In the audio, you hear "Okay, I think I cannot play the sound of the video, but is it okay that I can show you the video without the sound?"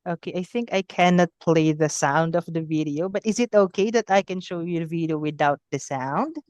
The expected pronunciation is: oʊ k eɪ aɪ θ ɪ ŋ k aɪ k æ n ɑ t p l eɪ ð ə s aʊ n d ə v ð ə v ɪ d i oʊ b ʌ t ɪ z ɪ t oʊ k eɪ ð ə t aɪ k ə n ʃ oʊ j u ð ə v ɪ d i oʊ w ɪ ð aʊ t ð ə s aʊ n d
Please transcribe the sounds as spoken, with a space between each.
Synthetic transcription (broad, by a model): oʊ k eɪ aɪ θ ɪ ŋ k aɪ k æ n ɑ t p l eɪ ð ə s aʊ n d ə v ð ə v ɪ d i oʊ b ʌ t ɪ z ɪ t oʊ k eɪ ð ə t aɪ k ə n ʃ oʊ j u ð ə v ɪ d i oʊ w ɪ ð aʊ t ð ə s aʊ n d